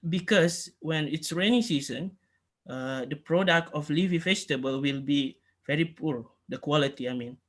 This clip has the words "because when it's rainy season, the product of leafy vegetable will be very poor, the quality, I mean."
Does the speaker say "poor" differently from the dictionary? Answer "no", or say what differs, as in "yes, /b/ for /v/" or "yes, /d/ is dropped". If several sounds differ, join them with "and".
no